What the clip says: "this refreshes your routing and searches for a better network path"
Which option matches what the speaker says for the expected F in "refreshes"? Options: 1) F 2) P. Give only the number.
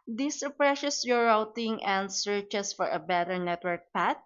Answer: 2